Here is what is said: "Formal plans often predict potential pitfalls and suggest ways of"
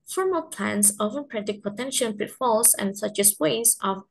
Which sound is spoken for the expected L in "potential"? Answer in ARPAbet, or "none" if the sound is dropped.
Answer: N